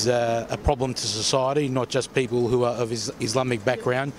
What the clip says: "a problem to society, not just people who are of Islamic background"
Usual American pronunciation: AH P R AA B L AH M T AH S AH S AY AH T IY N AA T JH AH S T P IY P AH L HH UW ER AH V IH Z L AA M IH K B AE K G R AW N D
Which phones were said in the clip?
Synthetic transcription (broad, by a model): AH P R AA B L AH M T AH S AH S AY AH T IY N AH T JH AH S P IY P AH L HH UW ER AH V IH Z L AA M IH K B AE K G R AW N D